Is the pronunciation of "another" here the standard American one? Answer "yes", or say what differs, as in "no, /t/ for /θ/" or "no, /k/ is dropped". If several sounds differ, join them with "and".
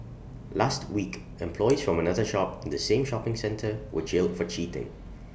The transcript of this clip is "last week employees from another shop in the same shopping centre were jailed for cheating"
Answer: yes